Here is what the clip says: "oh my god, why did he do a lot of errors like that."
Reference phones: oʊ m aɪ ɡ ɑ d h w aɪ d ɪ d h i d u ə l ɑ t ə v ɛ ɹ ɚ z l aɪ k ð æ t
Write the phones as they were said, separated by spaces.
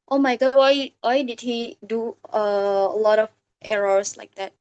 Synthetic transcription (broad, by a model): oʊ m aɪ ɡ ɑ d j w aɪ d ɪ d h i d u ə l ɑ t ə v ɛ ɹ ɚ s l aɪ k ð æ t